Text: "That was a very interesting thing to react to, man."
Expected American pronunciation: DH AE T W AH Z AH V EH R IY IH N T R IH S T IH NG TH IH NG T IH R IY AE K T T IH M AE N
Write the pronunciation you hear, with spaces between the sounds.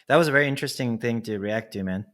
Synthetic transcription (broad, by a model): DH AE T W AH Z AH V EH R IY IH N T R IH S T IH NG TH IH NG T IH R IY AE K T T IH M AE N